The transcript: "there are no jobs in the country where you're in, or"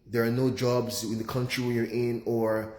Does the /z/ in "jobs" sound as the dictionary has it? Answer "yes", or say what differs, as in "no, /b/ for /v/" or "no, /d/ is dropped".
yes